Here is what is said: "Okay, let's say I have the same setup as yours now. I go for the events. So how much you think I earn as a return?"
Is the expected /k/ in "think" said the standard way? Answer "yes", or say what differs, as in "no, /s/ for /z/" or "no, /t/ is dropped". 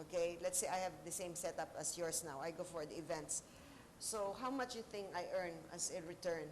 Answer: no, /k/ is dropped